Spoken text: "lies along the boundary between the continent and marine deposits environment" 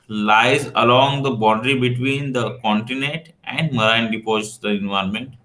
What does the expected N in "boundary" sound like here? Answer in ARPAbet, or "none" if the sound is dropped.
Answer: none